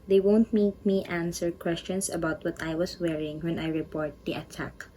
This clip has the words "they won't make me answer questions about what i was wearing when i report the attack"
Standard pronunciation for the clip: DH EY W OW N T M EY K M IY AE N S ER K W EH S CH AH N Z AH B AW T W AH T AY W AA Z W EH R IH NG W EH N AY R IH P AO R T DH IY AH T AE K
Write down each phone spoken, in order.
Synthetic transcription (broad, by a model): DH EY W OW N T M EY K M IY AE N S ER K W EH S CH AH N S AH B AW T W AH T AY W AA S W EH R IH NG W EH N AY R IH P AO R T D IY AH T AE K